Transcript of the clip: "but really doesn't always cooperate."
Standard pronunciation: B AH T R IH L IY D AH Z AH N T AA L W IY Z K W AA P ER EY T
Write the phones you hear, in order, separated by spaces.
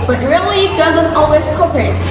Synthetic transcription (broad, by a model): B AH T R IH L IY D AH Z AH N T AA L W IY Z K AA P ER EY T